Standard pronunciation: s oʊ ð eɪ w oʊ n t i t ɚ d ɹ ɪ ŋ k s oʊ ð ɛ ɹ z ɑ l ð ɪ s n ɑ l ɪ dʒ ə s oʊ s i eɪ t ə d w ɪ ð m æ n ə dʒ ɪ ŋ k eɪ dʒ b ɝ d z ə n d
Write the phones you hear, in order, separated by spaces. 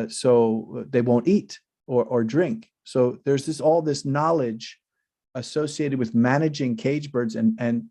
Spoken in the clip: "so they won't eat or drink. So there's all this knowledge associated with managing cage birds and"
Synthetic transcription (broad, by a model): s oʊ ð eɪ w oʊ n t i t ɚ d ɹ ɪ ŋ k s oʊ ð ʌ ɹ z ɑ l ð ɪ s n ɑ l ɪ dʒ ə s oʊ s i eɪ t ə d w ɪ ð m æ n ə dʒ ɪ ŋ k eɪ dʒ b ɝ d z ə n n